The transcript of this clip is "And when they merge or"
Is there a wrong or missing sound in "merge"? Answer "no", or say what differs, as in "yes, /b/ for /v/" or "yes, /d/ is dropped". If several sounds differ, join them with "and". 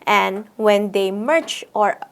yes, /tʃ/ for /dʒ/